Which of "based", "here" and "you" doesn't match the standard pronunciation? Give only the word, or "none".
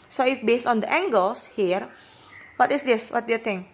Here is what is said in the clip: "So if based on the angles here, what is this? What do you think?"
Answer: none